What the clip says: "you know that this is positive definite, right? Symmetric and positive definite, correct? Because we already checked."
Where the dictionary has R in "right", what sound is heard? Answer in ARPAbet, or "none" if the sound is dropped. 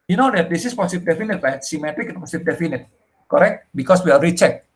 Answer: L